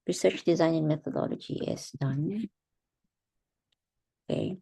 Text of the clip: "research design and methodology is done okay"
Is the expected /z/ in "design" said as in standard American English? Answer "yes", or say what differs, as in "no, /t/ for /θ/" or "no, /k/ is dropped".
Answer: yes